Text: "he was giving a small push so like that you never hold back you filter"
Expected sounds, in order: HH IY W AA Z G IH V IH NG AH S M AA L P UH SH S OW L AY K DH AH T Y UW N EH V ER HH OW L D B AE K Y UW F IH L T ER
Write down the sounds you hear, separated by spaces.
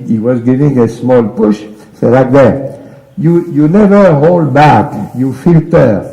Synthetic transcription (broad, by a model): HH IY W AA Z G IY V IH NG AH S M AA L P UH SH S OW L AY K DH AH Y Y UW N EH V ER HH OW L D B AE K Y UW F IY L T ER